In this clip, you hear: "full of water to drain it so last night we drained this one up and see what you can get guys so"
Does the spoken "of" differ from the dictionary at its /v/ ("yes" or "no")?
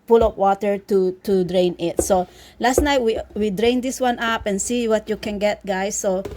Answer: yes